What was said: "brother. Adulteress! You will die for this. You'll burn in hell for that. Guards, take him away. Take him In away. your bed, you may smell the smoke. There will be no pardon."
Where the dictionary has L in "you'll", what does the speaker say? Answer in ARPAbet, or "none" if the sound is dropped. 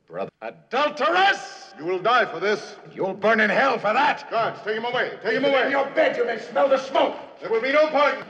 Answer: L